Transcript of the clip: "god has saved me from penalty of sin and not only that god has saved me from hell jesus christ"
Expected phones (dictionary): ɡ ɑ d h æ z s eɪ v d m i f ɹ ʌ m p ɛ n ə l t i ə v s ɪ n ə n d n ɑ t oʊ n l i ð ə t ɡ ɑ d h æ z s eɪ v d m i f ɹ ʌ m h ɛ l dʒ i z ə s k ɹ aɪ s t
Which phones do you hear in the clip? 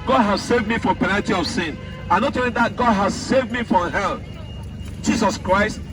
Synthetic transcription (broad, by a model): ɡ ɑ d h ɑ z s eɪ v d m i f ɹ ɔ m p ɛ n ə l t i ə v s ɪ n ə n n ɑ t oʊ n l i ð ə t ɡ ɑ d h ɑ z s eɪ v d m i f ɹ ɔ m h ɛ l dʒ i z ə s k ɹ aɪ s t